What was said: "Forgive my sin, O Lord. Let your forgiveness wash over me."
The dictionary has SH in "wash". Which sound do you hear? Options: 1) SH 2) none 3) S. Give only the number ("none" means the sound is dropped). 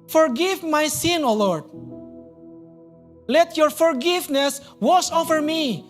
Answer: 3